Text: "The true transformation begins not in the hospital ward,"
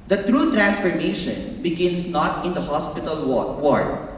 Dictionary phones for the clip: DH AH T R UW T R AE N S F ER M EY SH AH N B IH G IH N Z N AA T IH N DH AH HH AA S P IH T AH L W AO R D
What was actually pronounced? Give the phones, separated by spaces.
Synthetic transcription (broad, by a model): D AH T R UW T R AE N S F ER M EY SH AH N B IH G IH N S N AA T IH N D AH HH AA S P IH T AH L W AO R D